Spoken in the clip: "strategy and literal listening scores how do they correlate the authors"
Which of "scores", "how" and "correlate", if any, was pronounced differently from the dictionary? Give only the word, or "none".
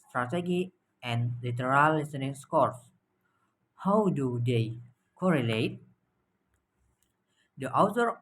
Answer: scores